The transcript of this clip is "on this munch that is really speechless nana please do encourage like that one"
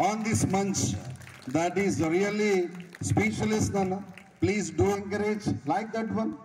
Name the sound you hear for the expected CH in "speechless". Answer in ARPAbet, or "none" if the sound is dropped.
SH